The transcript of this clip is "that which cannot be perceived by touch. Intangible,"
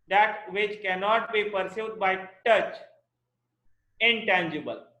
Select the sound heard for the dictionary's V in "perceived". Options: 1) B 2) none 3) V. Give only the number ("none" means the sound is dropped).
2